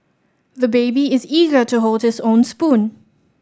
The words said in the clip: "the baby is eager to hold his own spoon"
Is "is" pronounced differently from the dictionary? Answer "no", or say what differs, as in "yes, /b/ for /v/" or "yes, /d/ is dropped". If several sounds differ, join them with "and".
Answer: no